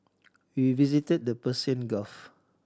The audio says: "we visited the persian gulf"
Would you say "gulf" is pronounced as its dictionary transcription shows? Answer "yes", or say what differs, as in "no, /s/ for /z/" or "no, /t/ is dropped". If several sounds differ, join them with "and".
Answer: no, /l/ is dropped